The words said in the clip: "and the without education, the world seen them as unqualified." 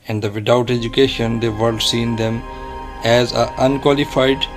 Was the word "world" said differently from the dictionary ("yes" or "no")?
yes